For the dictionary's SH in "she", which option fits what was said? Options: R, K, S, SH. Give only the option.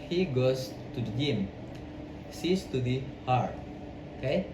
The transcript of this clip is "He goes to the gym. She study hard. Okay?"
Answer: S